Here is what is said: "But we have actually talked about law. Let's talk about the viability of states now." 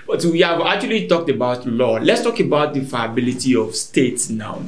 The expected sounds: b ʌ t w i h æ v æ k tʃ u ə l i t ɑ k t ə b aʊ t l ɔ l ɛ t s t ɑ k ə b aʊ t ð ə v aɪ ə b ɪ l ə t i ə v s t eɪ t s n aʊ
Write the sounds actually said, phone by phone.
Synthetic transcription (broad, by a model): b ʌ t w i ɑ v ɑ k tʃ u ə l i t ɑ k t ə b aʊ t l ɔ l ɛ t s t ɑ k ə b aʊ t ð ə f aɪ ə b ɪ l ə t i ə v s t eɪ t s n aʊ